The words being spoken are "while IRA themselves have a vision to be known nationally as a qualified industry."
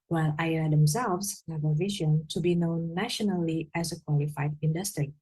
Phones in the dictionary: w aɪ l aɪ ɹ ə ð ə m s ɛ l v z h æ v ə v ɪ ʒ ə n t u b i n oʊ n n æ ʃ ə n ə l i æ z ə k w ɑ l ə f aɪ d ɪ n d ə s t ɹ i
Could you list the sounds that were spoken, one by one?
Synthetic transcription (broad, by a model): w aɪ l aɪ ə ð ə m s ɛ l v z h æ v ə v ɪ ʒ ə n t u b i n oʊ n n æ ʃ ə n ə l i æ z ə k w ɑ l ə f aɪ d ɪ n d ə s t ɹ i